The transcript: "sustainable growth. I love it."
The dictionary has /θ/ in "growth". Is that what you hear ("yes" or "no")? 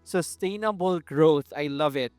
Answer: no